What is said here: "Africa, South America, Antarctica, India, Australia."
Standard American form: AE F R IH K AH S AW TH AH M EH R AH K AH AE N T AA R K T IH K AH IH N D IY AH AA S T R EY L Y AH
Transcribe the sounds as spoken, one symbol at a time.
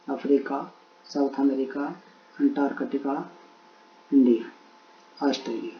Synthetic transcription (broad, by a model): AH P R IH K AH S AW T AH M EH R AH K AH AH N T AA R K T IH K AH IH N D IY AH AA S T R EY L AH